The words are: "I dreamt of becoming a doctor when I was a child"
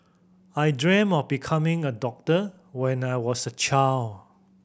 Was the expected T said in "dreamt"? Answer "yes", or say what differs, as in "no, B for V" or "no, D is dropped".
no, T is dropped